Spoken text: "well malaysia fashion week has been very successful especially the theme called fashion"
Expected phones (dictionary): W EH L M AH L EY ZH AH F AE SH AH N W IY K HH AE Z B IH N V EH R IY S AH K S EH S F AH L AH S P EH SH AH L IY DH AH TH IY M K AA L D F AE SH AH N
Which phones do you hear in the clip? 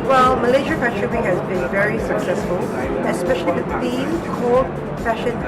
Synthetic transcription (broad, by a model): W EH L M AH L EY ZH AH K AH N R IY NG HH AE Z B IH N V EH R IY S AH K S EH S F AH L AH S P EH SH AH L IY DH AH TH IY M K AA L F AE SH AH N